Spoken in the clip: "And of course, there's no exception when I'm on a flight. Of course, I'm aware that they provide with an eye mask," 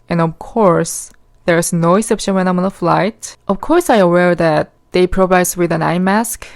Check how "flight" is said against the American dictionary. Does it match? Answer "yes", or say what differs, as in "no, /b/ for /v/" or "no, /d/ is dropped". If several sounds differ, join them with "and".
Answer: yes